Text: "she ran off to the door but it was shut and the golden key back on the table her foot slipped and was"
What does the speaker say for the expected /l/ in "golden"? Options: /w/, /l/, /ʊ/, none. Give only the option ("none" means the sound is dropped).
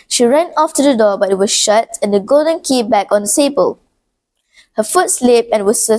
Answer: /l/